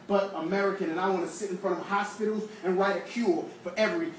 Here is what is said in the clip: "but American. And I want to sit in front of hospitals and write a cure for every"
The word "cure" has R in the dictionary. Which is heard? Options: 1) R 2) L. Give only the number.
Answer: 2